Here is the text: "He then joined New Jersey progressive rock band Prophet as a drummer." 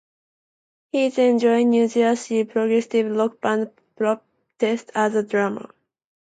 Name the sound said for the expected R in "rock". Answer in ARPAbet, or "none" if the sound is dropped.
L